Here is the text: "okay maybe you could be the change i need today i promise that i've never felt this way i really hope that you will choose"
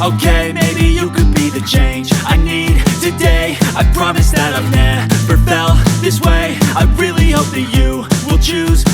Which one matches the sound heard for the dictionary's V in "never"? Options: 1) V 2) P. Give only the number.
2